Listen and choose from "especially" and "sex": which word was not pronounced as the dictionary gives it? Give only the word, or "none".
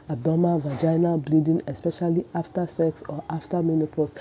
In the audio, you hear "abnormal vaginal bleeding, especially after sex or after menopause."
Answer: none